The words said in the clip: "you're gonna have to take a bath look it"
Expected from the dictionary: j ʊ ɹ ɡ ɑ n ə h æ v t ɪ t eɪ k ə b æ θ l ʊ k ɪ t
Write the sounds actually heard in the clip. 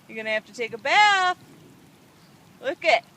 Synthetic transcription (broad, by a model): j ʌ ɹ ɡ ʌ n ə h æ f t ɪ t eɪ k ə b æ θ l ʊ k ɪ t